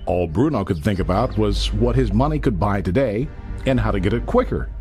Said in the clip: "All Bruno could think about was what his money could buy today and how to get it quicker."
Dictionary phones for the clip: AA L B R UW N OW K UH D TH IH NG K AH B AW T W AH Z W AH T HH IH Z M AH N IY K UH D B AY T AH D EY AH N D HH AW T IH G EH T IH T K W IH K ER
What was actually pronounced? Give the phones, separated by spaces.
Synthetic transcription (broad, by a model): AA L B R UW N OW K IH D TH IH NG K AH B AW T W AH Z W AH T HH IH Z M AH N IY K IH D B AY T AH D EY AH N HH AW T IH G EH T IH T K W IH K ER